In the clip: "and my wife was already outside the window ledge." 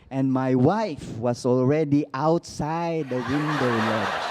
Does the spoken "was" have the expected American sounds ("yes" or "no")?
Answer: no